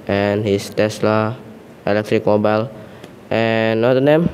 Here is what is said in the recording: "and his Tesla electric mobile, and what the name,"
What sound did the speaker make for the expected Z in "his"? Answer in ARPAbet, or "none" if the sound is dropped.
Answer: S